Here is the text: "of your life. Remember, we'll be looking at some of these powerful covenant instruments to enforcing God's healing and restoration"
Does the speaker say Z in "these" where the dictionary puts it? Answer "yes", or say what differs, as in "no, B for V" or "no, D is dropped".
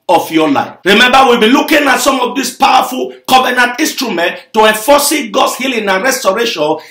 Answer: no, S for Z